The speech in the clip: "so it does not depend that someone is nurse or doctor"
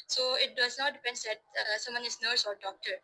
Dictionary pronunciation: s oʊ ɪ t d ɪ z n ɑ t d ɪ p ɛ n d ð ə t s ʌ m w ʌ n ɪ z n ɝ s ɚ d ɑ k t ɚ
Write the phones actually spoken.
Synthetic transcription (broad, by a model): s oʊ ɪ t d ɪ s n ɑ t d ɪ p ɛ n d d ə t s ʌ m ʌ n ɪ s n ɝ s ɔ d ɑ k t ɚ